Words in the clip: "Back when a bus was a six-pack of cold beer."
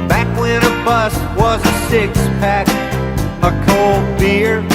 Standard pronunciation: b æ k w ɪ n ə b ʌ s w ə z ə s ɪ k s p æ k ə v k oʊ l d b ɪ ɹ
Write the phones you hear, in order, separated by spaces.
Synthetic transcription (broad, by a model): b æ k w ɪ n ə b ʌ s w ə z ə s ɪ k s p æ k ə k oʊ l d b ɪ ɹ